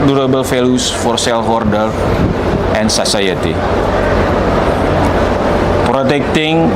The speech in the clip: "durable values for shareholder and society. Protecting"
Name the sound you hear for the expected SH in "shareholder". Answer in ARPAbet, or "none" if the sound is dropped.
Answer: S